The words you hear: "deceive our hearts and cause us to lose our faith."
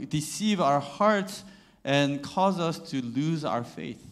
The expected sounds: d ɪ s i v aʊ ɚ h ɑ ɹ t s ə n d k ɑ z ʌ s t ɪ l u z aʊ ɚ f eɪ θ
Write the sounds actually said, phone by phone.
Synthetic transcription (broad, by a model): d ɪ s i v aʊ ɚ h ɑ ɹ t s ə n k ɑ z ʌ s t ɪ l u z aʊ ɚ f eɪ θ